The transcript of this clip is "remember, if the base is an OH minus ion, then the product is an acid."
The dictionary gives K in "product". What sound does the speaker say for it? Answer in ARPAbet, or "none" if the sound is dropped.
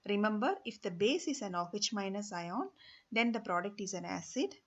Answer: K